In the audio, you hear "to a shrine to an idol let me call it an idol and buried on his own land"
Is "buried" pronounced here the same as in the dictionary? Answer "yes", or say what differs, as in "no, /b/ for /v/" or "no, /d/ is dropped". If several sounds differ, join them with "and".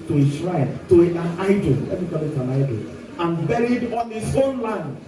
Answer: yes